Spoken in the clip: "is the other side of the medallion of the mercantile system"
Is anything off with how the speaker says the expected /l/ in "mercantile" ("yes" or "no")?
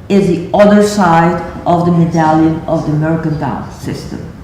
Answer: yes